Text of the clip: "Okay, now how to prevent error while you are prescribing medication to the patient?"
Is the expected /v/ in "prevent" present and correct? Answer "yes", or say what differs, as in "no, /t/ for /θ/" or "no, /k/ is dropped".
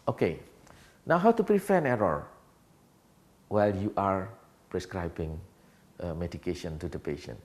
no, /f/ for /v/